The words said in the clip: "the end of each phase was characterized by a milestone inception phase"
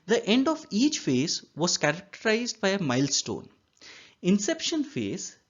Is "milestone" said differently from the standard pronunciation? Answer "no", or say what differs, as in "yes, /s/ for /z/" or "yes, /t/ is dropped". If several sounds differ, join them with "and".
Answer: no